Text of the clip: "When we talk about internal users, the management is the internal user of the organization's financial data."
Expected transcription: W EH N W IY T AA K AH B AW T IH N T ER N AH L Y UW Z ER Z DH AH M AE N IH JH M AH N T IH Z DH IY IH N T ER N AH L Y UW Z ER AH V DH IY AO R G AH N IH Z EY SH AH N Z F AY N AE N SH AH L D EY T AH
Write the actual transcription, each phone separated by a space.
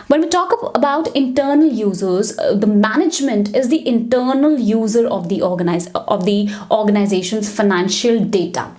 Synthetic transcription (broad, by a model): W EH N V IY T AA K AH B AW T IH N T ER N AH L Y UW Z ER Z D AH M AE N IH JH M AH N T IH Z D IY IH N T ER N AH L Y UW Z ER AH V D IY AO R G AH N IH Z EY SH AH N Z F AY N AE N SH AH L D EY T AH